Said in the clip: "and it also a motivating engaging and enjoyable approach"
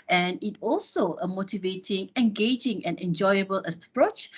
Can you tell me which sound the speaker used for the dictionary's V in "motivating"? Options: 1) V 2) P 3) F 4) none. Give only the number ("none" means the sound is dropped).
1